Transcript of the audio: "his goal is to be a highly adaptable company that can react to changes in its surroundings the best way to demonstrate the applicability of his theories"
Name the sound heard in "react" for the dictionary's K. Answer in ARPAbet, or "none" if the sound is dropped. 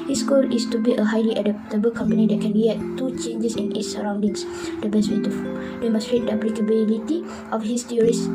none